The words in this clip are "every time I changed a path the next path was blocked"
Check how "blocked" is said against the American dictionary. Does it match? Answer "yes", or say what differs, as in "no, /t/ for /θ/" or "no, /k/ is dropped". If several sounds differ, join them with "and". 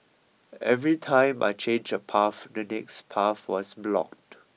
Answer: yes